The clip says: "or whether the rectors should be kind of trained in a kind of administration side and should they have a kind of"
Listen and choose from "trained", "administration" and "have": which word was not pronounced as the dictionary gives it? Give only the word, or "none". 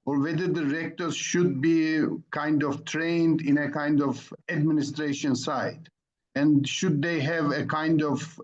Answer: none